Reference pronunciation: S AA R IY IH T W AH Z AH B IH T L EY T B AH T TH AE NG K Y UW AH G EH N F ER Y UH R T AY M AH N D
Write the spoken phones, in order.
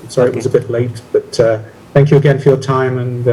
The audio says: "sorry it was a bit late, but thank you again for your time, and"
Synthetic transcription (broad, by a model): S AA R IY IH T W AH Z AH B IH T L EY T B AH T TH AE NG K Y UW AH G EH N F ER Y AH R T AY M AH N